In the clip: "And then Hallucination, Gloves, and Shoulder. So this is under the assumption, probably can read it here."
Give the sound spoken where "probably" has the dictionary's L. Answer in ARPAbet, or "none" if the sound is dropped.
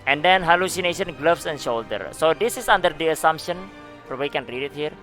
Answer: W